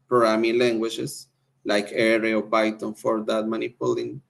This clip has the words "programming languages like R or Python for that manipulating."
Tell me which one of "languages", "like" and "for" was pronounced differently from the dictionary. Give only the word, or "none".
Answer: languages